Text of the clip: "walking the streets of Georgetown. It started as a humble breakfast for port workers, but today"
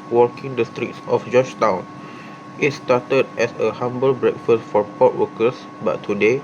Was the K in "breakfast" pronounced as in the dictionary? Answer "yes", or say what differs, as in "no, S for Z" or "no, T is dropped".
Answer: yes